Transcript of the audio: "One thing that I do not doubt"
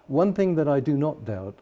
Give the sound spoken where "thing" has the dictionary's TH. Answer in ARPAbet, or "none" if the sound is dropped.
TH